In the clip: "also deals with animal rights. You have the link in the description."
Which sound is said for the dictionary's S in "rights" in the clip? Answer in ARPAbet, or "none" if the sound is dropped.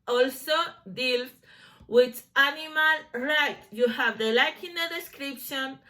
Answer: none